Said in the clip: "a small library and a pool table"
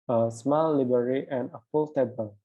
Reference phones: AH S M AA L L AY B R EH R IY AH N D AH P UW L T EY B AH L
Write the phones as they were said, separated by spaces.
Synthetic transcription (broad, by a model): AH S M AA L L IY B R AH R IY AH N AH F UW L T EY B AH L